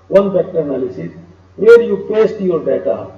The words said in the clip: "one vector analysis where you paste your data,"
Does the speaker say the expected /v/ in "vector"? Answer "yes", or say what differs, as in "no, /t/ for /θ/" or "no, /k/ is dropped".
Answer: no, /p/ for /v/